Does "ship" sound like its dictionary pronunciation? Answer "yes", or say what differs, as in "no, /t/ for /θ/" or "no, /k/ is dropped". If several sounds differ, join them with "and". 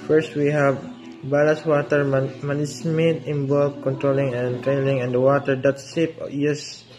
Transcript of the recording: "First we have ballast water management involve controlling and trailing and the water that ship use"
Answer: no, /s/ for /ʃ/